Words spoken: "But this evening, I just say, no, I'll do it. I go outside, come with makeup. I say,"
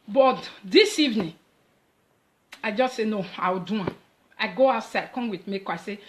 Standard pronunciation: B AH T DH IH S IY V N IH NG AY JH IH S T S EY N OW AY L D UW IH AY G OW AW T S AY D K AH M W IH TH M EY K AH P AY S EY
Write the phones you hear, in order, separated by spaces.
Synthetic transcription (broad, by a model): B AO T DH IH S IY V N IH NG AY JH IH S T S EY N OW AY W D UW IH AY G OW AW T S AY D K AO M W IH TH M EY K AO AY S EY